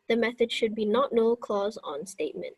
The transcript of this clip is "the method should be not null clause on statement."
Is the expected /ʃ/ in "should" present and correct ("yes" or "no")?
yes